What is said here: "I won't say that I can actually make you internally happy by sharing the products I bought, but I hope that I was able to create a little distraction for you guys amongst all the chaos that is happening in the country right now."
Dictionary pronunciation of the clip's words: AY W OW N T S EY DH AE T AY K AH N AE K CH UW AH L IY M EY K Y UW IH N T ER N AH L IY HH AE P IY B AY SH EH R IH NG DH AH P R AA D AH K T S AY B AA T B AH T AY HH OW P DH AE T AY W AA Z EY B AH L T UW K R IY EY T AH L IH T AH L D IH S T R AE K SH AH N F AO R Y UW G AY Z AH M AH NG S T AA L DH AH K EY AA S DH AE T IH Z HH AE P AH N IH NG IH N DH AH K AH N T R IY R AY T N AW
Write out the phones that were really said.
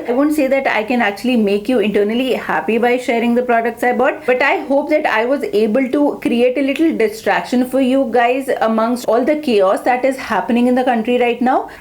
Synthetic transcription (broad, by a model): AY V OW N T S EY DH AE T AY K AH N AE K CH UW AH L IY M EY K Y UW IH N T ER N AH L IY HH AE P IY B AY SH EH R IH NG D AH P R AA D AH K T S AY B AA T B AH T AY HH OW P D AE T AY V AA Z EY B AH L T UW K R IY EY T AH L IH T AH L D IH S T R AE K SH AH N F AO R Y UW G AY Z AH M AH NG S T AA L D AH K EY AA S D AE T IH Z HH AE P AH N IH NG IH N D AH K AH N T R IY R AY T N AW